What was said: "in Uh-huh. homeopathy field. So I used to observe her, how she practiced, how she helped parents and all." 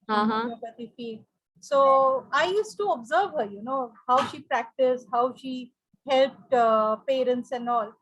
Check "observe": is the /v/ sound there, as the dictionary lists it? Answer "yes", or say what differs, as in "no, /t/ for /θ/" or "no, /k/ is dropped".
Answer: yes